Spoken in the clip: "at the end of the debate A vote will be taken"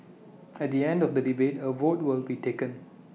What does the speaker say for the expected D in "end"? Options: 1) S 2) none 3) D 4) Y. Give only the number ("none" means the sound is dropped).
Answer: 3